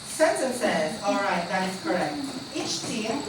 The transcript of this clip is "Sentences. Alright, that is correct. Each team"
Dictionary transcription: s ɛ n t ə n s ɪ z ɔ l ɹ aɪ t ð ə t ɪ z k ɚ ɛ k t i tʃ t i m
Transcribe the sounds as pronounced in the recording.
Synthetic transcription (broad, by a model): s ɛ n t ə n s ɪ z ɔ l ɹ aɪ t ð ə t ɪ z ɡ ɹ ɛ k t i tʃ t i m